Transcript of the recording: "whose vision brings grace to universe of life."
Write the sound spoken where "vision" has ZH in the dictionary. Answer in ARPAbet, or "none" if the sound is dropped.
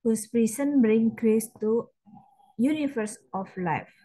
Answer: S